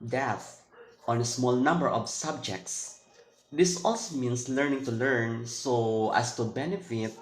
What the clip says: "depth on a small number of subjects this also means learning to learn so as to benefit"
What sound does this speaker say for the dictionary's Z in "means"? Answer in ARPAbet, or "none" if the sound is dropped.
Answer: S